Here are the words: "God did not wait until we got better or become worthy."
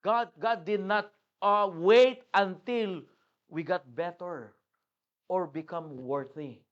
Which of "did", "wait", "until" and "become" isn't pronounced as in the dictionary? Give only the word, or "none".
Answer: none